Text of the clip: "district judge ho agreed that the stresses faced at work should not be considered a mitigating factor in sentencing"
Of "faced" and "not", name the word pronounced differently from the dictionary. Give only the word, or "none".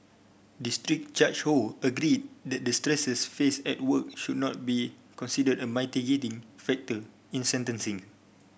faced